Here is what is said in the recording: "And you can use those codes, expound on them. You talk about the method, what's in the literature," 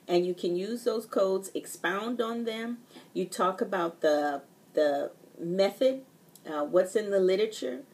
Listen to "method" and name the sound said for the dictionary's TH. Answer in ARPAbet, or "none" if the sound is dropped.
TH